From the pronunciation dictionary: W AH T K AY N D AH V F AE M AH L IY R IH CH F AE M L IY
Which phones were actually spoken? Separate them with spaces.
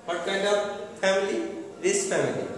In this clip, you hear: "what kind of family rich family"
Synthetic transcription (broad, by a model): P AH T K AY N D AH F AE M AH L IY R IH S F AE M L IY